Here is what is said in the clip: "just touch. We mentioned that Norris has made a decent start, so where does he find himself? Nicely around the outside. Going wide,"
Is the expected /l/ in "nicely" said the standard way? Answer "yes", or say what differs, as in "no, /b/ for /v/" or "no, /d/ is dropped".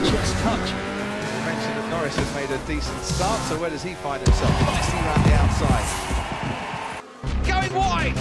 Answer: no, /l/ is dropped